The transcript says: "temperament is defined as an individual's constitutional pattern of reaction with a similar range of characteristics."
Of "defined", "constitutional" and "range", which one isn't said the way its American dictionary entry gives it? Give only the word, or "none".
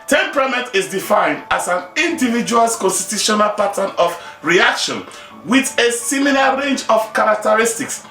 none